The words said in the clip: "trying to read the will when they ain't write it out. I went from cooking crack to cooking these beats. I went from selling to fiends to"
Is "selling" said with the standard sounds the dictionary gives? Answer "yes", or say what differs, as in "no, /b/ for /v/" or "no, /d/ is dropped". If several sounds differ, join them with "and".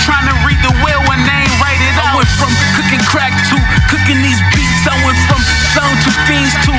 no, /l/ is dropped